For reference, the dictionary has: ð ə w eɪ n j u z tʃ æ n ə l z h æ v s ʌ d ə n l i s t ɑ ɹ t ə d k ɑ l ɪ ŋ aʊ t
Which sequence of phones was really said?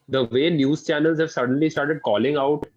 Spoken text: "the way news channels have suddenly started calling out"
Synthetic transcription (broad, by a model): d ə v eɪ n j u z tʃ æ n ə l z h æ v s ʌ d ə n l i s t ɑ ɹ t ə d k ɑ l ɪ ŋ aʊ t